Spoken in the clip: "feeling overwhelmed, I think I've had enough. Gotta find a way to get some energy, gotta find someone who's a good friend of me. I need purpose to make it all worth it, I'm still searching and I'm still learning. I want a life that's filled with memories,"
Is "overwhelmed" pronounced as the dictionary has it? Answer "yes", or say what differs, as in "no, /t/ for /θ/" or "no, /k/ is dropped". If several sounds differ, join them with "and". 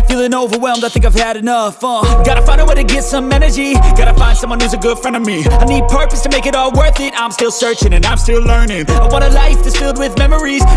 yes